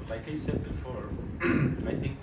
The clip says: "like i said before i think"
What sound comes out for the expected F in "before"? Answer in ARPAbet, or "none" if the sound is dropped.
F